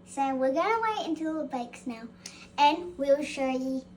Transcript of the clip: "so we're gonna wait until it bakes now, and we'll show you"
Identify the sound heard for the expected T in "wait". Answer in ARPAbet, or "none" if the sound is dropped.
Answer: none